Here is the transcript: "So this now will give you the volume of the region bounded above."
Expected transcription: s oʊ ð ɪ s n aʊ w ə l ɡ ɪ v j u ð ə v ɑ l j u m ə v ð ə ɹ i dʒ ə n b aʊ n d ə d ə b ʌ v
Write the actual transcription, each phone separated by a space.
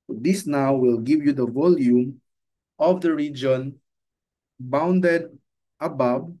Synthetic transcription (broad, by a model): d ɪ s n aʊ w ə l ɡ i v j u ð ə v ɑ l j u m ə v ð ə ɹ i dʒ ə n b aʊ n d ə d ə b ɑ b